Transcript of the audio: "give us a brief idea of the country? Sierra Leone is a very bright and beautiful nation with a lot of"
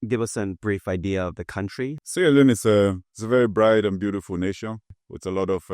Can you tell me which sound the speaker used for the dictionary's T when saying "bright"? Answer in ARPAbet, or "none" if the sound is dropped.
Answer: T